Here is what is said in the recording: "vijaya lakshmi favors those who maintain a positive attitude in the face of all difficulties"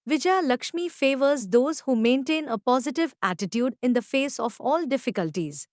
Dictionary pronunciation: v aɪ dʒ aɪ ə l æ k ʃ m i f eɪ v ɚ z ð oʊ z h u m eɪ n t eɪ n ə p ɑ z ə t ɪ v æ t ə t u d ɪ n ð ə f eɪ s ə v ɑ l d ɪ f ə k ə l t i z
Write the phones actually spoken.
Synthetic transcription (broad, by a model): v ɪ dʒ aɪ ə l æ k ʃ m i f eɪ v ɚ z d oʊ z h u m eɪ n t eɪ n ə p ɑ z ə t ɪ v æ t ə t u d ɪ n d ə f eɪ s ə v ɑ l d ɪ f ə k ə l t i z